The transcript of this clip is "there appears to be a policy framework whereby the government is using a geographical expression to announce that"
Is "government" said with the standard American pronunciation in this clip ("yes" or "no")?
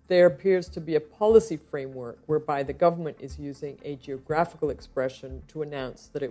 yes